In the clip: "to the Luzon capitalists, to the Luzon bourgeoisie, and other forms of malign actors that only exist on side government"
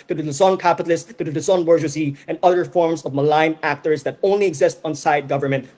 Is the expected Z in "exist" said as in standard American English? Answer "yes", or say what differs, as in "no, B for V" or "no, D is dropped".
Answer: yes